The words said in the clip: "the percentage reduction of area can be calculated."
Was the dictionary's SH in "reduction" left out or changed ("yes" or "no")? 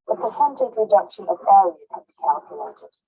no